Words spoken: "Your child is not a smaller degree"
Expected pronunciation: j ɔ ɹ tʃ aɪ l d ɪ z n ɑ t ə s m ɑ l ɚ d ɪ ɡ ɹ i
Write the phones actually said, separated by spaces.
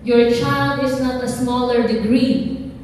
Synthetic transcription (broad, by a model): j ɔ ɹ tʃ aɪ l d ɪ s n ɑ t ə s m ɑ l ɚ d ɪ ɡ ɹ i